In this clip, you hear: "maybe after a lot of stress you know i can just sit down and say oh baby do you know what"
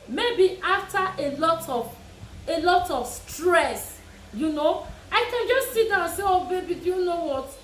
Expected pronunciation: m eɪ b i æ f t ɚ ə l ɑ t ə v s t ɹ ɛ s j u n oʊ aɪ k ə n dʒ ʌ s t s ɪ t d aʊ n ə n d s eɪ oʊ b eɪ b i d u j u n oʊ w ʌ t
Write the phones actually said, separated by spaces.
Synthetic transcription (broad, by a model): m eɪ b i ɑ f t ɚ ə l ɑ t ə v s t ɹ ɛ s j u n oʊ aɪ k ə n dʒ ʌ s t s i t d aʊ ə n s eɪ oʊ b eɪ b i d u j u n oʊ w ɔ t